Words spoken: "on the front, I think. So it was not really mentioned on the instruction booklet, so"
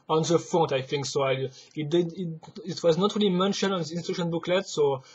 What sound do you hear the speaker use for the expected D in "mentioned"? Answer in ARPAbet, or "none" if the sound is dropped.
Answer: none